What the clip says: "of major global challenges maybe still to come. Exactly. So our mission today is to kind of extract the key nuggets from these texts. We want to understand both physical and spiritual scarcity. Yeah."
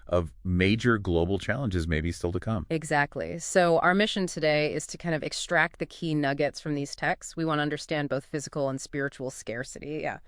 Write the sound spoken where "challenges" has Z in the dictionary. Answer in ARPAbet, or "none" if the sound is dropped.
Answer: Z